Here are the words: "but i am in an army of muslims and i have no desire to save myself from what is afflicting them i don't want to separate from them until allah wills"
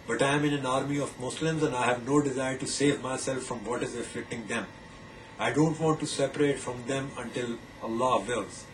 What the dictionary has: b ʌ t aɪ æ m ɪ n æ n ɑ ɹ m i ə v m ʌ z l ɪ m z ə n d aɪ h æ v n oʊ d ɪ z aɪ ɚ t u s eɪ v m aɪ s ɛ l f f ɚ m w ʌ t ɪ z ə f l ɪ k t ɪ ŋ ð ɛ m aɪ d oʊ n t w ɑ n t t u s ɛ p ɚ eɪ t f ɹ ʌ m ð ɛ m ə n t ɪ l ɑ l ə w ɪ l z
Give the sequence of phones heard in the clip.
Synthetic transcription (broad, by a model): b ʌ t aɪ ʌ m ɪ n æ n ɑ ɹ m i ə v m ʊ s l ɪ m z ə n d aɪ h æ v n oʊ d ɪ z aɪ ɚ t u s eɪ v m aɪ s ɛ l f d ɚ m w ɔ t ɪ z ə f l ɪ k t ɪ ŋ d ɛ m aɪ d oʊ n t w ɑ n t t u s ɛ p ɚ eɪ t f ɹ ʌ m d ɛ m ə n t ɪ l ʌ l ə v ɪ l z